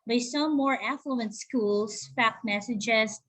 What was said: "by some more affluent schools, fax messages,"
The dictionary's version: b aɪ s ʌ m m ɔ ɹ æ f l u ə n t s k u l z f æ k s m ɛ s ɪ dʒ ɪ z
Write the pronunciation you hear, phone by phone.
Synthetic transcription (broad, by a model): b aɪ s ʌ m m ɔ ɹ æ f l u ə n t s k u l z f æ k m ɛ s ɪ dʒ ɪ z